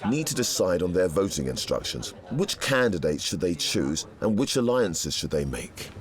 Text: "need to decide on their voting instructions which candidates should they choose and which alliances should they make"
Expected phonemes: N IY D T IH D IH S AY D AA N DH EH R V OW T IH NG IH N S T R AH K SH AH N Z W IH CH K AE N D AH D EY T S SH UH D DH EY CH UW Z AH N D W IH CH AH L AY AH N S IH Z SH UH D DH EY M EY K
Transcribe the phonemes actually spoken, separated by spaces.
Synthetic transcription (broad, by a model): N IY D T IH D IH S AY D N DH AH R V OW T IH NG IH N S T R AH K SH AH N Z W IH CH K AE N D AH D EY T S SH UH D DH EY CH UW Z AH N W IH CH AH L AY AH N S IH Z SH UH D DH EY M EY K